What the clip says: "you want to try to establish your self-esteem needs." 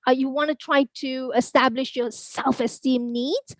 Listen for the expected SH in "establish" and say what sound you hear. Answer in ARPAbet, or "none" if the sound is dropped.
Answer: SH